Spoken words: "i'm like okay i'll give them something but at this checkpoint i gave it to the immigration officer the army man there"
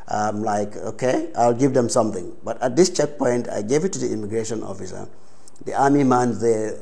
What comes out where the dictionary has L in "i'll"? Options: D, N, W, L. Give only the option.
L